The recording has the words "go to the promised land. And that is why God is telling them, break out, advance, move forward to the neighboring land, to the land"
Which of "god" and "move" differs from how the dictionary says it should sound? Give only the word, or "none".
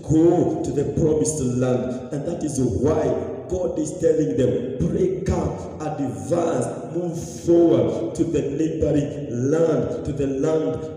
none